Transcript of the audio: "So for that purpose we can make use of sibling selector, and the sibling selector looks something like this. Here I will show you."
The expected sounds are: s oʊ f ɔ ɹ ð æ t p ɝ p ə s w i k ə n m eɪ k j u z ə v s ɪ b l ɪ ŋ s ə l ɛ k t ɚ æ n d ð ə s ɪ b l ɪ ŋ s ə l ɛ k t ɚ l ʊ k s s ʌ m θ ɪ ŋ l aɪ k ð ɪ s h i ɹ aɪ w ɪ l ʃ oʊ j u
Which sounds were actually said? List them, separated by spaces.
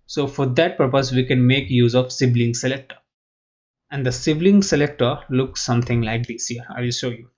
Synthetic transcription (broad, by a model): s oʊ f ɔ ɹ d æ t p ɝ p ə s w i k ə n m eɪ k j u z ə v s ɪ b l ɪ ŋ s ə l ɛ k t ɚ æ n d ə s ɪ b l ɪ ŋ s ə l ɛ k t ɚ l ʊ k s s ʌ m t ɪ ŋ l aɪ k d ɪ s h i ɹ aɪ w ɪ l ʃ oʊ j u